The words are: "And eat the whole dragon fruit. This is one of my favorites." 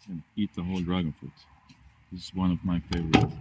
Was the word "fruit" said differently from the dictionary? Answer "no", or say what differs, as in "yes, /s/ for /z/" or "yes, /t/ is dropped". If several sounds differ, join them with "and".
yes, /ɹ/ is dropped